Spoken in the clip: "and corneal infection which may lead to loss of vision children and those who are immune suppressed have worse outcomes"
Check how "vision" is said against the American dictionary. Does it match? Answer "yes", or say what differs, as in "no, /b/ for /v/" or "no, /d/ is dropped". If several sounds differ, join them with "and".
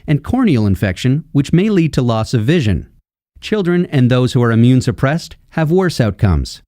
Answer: yes